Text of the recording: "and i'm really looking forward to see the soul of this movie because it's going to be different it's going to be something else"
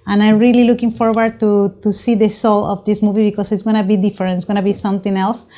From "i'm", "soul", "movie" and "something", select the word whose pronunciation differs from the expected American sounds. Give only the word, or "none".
something